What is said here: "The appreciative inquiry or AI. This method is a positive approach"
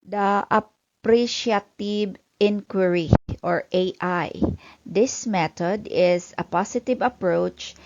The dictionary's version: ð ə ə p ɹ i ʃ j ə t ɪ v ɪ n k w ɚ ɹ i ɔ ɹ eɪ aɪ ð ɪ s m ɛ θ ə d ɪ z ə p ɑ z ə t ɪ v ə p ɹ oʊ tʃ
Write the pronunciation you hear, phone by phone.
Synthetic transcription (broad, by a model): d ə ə p ɹ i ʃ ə t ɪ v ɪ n k w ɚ ɹ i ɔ ɹ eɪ aɪ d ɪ s m ɛ t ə d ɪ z ə p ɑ s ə t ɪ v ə p ɹ oʊ tʃ